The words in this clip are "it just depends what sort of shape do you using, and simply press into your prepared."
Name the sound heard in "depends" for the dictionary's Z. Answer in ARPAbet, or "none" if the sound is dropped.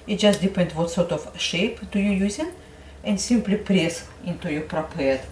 none